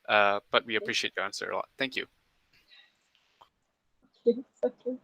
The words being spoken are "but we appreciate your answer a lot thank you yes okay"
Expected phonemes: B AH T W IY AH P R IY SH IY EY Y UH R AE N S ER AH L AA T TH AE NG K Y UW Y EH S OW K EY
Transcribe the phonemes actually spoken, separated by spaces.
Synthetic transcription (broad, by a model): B AH T W IY AH P R IY SH IY EY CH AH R AE N S ER AH L AA T TH AE NG K Y UW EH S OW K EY